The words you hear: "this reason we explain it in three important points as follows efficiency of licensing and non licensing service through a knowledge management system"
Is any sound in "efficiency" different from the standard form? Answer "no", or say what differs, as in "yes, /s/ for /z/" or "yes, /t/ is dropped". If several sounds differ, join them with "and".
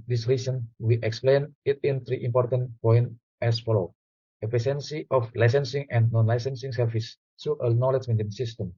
yes, /p/ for /f/ and /s/ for /ʃ/